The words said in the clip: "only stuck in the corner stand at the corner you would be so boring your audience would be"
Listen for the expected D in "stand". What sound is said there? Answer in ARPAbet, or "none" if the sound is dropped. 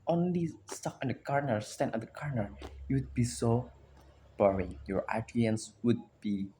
none